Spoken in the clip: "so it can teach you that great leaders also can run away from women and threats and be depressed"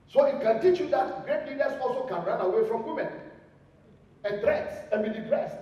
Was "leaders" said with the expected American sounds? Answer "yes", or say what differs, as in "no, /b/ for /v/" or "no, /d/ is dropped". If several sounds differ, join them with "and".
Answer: no, /s/ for /z/